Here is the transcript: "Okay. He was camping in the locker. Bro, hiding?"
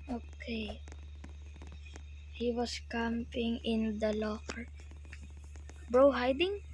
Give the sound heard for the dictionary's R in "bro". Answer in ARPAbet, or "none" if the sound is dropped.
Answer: R